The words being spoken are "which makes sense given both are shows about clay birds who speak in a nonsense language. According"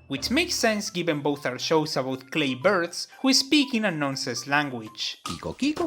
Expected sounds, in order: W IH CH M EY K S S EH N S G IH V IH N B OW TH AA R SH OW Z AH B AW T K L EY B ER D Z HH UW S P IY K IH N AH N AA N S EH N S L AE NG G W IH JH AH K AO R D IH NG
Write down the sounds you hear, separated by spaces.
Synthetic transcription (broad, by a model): W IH CH M EY K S S EH N S G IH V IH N B OW TH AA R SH OW S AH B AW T K L EY B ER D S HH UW S P IY K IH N AH N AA N S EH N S L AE NG G W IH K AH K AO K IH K